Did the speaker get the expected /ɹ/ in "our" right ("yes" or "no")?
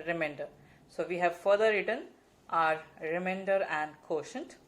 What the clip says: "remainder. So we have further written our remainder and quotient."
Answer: yes